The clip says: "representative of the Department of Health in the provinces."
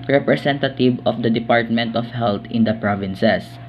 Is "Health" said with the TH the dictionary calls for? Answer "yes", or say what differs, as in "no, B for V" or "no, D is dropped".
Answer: no, T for TH